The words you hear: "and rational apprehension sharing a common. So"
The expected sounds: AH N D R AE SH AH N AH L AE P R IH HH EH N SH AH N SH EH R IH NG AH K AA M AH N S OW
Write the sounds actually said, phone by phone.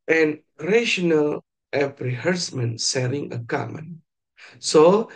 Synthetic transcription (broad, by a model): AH N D R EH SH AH N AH L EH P R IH HH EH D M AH N S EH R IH NG AH K AA M AH N S OW